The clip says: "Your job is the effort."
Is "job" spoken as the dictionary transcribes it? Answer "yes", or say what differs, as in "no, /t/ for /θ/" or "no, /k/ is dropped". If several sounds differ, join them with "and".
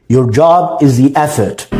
yes